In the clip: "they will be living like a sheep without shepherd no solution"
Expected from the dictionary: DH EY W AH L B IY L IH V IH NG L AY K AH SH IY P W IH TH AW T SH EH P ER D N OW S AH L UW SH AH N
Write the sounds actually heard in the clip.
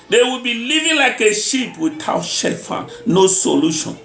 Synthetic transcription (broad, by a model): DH EY W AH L B IY L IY V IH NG L AY K AH SH IY P W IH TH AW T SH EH F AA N N OW S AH L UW SH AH N